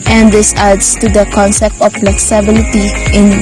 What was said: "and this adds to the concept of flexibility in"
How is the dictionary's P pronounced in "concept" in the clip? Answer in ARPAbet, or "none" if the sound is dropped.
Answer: P